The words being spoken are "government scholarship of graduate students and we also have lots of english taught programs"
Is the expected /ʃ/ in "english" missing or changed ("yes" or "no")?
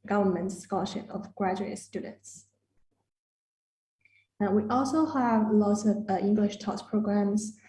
no